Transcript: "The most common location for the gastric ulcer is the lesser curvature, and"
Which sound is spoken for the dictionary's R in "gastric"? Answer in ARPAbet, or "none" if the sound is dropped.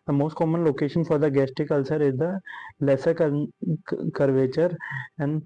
none